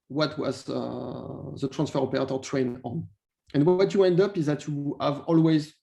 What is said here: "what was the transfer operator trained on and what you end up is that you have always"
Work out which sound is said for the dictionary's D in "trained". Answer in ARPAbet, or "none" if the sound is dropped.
none